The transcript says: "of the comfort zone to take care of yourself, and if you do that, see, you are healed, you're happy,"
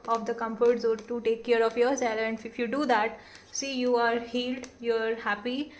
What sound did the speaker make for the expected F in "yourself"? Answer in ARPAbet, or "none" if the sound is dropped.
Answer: none